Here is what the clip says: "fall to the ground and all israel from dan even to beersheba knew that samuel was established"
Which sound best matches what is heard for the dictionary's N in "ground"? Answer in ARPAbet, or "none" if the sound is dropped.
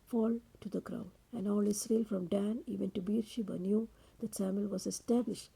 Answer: none